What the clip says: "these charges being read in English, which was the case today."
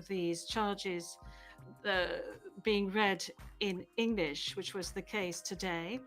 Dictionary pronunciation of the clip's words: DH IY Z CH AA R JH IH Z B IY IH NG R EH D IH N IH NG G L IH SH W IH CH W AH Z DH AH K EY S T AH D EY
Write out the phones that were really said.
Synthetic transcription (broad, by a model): DH IY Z CH AA R JH IH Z B IY IH NG R EH D IH N IH NG G L IH SH W IH CH W AH Z DH AH K EY S T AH D EY